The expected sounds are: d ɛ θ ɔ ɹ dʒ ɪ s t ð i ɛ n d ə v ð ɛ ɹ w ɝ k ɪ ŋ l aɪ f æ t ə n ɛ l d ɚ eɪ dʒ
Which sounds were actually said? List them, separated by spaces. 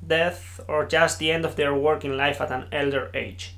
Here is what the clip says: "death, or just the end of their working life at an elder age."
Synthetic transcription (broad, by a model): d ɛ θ ɔ ɹ dʒ ɪ s t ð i ɛ n d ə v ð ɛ ɹ w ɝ k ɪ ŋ l aɪ f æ t ə n ɛ l d ɚ eɪ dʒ